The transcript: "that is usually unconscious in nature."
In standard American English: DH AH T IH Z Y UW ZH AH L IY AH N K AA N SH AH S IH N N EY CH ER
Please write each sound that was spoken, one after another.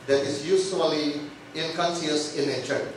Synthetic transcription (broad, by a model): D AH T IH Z Y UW S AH L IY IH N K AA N S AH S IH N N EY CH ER